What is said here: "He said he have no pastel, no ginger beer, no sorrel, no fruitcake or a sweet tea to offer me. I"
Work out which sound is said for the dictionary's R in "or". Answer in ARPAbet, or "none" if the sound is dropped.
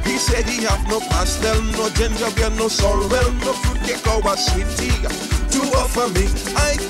W